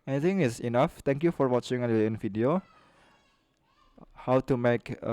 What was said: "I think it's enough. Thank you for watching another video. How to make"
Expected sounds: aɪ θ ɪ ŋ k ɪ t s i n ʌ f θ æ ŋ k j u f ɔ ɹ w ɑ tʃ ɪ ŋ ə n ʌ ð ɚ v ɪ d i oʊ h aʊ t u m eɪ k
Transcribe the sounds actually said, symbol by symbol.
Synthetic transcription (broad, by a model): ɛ t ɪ ŋ ɪ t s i n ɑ f t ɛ ŋ k j u f ɔ ɹ w ɑ tʃ ɪ ŋ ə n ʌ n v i d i oʊ h aʊ t u m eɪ k